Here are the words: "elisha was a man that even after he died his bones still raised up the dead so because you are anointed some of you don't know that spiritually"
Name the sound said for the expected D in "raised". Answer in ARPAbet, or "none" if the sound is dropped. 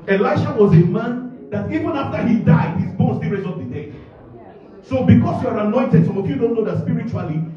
none